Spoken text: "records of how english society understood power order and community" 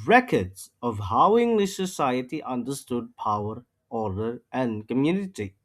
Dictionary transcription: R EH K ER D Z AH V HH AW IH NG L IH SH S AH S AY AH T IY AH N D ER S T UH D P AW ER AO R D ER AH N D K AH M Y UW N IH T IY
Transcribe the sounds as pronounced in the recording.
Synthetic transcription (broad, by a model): R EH K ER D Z AH V HH AW IH NG L IH SH S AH S AY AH T IY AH N D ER S T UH D P AW ER AO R D ER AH N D K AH M Y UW N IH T IY